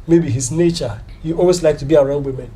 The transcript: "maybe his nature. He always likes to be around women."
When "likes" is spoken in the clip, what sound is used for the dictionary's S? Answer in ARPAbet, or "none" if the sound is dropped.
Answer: none